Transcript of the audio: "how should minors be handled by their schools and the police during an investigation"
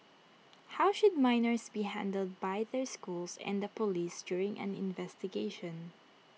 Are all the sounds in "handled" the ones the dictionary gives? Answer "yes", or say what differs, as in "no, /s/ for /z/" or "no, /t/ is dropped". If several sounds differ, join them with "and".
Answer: yes